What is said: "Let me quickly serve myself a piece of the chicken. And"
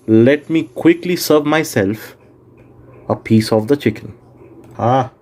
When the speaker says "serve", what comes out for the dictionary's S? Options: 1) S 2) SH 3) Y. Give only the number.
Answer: 1